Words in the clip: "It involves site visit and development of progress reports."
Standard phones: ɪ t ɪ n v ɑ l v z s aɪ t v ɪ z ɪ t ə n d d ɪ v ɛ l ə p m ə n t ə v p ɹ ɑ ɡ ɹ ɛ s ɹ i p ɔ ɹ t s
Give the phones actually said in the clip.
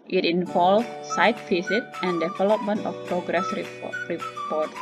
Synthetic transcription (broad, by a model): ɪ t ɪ n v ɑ l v s aɪ t f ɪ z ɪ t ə n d d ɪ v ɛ l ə p m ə n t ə f p ɹ ɑ ɡ ɹ ɛ s ɹ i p ɔ ɹ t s